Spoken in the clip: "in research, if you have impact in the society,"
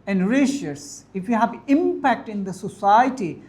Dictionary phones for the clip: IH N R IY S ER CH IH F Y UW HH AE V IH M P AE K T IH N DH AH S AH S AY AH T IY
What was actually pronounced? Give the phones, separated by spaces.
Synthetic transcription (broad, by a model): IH N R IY SH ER S IH F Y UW HH AE V IH M P AE K T IH N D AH S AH S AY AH T IY